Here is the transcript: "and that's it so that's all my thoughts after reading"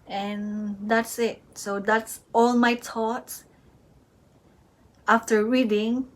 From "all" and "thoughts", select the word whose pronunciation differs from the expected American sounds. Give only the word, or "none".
thoughts